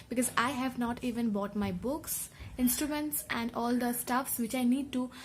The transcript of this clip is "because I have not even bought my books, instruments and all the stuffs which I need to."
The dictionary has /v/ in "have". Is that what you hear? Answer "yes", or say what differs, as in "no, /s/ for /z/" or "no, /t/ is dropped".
yes